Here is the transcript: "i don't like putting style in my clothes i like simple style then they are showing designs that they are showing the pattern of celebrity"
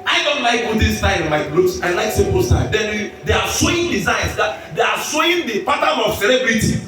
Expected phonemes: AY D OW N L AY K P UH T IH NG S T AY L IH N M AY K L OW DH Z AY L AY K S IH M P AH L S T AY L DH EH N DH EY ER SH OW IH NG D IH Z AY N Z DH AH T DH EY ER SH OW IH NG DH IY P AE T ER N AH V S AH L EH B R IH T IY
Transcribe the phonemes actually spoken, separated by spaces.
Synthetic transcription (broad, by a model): AY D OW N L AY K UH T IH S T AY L IH N M AY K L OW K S AY L AY K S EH P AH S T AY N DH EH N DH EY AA S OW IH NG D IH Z AY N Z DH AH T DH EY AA S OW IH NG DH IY P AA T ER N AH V S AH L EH B R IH T IY